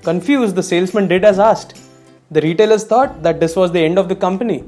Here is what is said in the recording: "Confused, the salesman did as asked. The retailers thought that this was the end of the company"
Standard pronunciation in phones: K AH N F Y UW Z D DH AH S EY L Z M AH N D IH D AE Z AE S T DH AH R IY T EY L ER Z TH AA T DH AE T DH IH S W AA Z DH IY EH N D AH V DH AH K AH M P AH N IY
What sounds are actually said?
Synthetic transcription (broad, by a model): K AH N F Y UW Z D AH S EY L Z M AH N D IH D AE Z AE S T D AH R IY T EY L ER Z T AA T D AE T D IH S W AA Z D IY EH N D AH V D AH K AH M P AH N IY